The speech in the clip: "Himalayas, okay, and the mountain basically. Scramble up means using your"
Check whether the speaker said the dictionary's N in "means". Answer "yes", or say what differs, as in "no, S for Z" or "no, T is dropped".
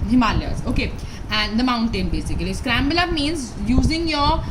yes